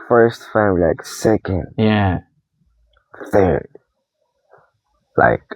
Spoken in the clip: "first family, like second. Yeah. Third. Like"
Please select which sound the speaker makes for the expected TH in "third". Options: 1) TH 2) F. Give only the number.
1